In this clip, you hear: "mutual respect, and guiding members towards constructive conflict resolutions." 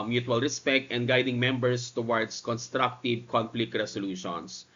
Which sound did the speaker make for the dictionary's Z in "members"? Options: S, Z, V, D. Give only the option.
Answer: S